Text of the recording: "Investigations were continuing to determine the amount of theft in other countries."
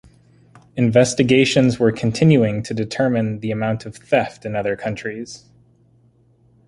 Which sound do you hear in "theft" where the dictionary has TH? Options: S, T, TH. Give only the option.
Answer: TH